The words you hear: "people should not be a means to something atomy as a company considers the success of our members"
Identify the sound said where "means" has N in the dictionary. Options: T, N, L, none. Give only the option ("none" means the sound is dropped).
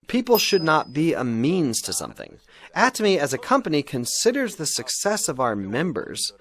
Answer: N